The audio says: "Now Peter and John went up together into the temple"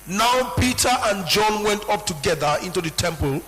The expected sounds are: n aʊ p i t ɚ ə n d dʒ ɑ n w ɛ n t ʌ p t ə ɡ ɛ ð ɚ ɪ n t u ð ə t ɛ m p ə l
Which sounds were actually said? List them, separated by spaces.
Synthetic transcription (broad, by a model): n aʊ p i t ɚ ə n dʒ ɑ n w ɛ n t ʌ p t ə ɡ ɛ ð ɚ ɪ n t u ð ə t ɛ m p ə l